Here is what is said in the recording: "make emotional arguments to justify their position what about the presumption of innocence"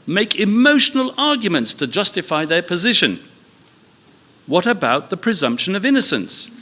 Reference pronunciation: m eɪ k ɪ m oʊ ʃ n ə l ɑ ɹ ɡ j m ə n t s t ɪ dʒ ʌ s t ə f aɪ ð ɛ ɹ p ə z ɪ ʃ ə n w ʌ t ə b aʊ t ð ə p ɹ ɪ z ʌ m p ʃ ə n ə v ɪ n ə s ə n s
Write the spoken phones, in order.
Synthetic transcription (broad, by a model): m eɪ k ɪ m oʊ ʃ n ə l ɑ ɹ ɡ j m ə n t s t ɪ dʒ ʌ s t ə f aɪ ð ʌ ɹ p ə z ɪ ʃ ə n w ʌ t ə b aʊ t ð ə p ɹ ɪ z ʌ m p ʃ ə n ə v ɪ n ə s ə n s